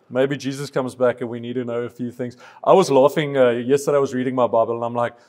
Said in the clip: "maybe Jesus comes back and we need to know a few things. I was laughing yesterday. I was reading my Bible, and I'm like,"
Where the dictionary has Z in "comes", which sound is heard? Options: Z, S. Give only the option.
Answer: Z